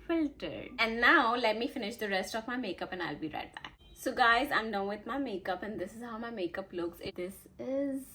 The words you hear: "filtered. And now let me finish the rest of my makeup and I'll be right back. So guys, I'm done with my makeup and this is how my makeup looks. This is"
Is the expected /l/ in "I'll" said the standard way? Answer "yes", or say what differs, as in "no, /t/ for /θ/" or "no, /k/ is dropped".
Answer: yes